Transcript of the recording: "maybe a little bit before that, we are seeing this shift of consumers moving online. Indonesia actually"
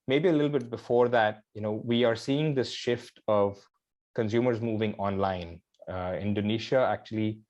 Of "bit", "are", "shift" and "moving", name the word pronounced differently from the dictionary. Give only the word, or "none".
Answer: none